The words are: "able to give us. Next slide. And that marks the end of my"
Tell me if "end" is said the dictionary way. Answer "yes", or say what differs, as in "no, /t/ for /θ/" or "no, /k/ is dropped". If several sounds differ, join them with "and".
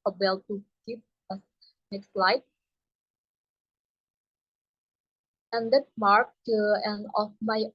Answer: no, /d/ is dropped